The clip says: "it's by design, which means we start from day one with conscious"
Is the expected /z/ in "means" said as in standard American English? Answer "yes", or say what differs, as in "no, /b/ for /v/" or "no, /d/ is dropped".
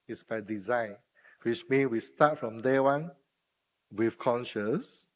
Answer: no, /z/ is dropped